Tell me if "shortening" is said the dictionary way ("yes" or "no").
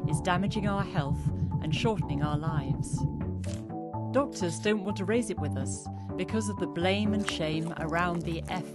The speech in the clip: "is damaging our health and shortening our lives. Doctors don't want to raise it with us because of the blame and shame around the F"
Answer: yes